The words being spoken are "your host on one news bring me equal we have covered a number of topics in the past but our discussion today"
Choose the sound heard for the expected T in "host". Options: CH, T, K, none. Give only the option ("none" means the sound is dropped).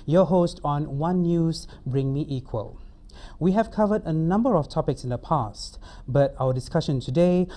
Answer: T